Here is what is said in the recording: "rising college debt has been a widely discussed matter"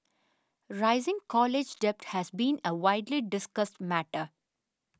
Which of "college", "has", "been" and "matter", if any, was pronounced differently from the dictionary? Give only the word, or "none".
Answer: none